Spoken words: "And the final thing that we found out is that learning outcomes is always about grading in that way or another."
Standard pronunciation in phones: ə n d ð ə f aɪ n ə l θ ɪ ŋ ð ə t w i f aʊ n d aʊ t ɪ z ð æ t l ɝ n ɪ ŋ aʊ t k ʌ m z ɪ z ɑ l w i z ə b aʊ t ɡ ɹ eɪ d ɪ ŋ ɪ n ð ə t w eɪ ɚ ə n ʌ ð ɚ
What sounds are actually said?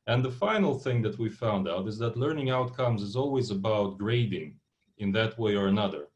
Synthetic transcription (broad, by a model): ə n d ð ə f aɪ n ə l θ ɪ ŋ ð ə t w i f aʊ n d aʊ t ɪ z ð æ t l ɝ n ɪ ŋ aʊ t k ʌ m z ɪ z ɑ l w i z ə b aʊ t ɡ ɹ eɪ d ɪ ŋ ɪ n ð ə t w eɪ ɚ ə n ʌ ð ɚ